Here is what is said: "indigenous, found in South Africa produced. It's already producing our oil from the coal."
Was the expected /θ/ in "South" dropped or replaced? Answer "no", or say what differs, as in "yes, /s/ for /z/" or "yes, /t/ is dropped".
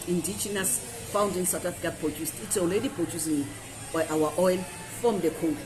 yes, /t/ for /θ/